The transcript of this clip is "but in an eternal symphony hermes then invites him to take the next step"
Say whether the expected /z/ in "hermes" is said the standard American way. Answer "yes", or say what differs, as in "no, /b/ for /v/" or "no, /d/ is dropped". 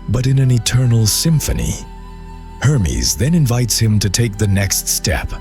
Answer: yes